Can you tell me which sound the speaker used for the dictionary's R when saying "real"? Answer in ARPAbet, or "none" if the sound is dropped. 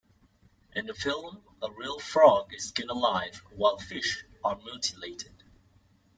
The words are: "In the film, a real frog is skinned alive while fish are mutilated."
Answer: R